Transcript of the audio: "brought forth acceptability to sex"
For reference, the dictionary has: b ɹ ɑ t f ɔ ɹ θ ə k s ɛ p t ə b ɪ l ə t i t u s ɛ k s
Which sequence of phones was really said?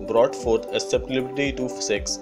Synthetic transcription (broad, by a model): b ɹ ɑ t f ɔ ɹ t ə s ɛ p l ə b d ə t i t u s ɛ k s